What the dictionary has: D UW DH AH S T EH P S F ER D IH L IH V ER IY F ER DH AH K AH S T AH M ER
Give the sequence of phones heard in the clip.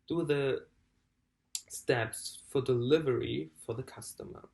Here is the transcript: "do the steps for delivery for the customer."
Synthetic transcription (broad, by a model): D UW DH AH S T EH P S F ER D IH L IH V ER IY F ER DH AH K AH S T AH M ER